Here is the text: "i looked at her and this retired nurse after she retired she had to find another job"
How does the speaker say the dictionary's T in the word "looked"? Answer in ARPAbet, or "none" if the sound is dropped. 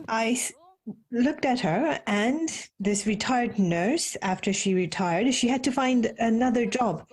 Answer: T